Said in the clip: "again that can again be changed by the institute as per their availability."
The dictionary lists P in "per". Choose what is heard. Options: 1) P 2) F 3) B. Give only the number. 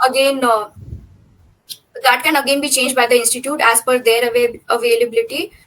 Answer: 2